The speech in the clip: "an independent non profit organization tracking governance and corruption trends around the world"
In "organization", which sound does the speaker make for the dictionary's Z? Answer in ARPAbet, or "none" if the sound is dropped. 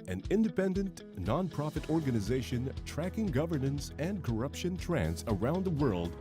Z